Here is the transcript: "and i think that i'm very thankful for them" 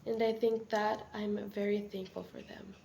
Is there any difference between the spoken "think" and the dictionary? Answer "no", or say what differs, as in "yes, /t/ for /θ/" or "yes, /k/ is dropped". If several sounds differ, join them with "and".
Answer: no